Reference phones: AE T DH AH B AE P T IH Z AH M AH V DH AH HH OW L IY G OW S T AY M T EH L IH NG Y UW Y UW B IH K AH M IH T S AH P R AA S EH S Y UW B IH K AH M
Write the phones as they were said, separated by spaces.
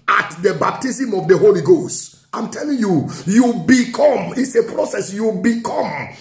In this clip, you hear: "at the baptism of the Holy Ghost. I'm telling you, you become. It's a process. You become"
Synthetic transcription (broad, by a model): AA T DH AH B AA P T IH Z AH M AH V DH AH HH OW L IY G OW S T AY M T EH L IH NG Y UW Y UW B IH K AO M IH T S AH P R AA S EH S Y UW B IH K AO M